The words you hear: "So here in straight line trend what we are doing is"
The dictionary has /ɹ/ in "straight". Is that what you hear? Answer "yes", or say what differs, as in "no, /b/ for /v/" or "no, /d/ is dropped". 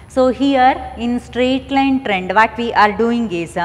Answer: yes